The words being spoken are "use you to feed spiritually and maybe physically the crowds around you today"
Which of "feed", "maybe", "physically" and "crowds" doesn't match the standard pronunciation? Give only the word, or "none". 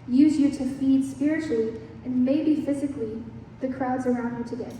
none